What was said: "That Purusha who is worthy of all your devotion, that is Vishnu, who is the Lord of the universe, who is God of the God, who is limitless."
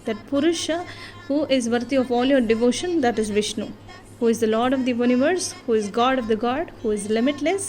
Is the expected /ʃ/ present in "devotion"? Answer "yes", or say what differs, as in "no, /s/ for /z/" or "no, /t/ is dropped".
yes